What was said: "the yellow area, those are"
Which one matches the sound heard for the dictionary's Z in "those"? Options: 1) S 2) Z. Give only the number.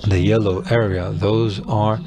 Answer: 2